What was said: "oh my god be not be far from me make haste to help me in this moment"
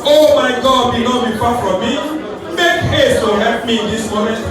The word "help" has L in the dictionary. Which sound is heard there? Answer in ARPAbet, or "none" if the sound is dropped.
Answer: none